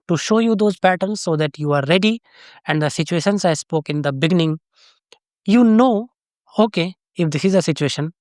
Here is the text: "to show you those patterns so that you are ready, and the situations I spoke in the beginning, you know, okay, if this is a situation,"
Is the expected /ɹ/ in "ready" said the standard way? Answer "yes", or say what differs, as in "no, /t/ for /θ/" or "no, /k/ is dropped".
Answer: yes